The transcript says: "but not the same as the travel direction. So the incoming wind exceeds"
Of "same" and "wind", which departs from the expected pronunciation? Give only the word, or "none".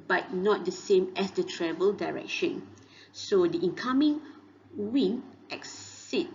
wind